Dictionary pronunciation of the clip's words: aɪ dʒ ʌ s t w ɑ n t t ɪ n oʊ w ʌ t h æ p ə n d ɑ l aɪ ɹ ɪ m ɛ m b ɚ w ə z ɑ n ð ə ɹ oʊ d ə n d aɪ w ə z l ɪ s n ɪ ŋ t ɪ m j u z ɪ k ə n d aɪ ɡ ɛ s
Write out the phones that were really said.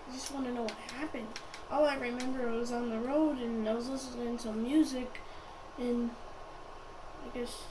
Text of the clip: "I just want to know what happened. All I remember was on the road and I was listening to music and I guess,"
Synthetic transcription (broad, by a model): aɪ dʒ ʌ s t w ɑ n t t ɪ n oʊ w ʌ t h æ p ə n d ɑ l aɪ ɹ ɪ m ɛ m b ɚ w ə z n ð ə ɹ oʊ d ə n aɪ w ə z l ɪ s l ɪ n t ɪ m j u z ɪ k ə n aɪ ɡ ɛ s